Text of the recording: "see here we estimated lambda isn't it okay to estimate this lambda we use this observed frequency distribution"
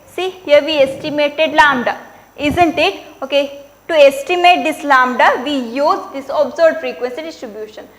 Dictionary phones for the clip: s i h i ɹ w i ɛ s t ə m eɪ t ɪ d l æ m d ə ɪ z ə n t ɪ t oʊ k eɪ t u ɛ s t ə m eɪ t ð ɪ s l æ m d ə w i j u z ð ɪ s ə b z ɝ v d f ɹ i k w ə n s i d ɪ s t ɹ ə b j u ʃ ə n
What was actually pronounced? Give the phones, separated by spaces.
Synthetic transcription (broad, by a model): s i h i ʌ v i ɛ s t ə m eɪ t ɪ d l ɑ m d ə ɪ z ə n t ɪ t oʊ k eɪ t u ɛ s t ə m eɪ t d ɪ s l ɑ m d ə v i j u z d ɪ s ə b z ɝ d f ɹ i k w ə n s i d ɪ s t ɹ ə b j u ʃ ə n